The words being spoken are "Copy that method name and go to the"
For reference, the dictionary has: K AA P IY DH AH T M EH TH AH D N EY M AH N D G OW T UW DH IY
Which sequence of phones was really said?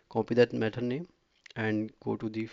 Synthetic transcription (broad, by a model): K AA P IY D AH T M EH T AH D N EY AH N D G OW T UW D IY